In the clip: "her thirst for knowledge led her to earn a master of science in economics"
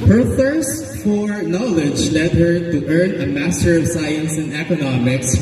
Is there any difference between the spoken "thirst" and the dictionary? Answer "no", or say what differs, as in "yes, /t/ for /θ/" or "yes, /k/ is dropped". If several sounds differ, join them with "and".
no